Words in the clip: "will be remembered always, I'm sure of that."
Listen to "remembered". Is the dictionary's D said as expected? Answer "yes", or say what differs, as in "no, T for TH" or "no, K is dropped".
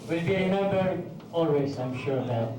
no, D is dropped